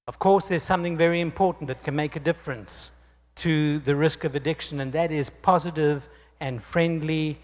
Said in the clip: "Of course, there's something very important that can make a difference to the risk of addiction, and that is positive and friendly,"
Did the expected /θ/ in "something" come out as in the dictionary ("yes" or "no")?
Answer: yes